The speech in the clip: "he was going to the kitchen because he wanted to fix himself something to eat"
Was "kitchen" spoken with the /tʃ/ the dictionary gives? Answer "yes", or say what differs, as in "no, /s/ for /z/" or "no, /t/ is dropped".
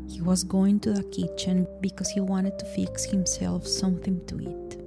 yes